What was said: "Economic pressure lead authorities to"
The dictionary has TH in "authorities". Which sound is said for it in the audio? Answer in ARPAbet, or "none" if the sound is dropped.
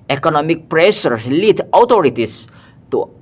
T